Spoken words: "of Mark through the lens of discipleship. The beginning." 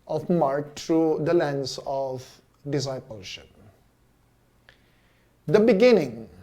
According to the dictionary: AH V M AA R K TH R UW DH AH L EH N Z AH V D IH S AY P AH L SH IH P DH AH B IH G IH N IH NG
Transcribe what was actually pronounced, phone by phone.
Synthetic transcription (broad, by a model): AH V M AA R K T R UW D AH L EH N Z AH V D IH S AY P AH L SH IH P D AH B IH G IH N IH NG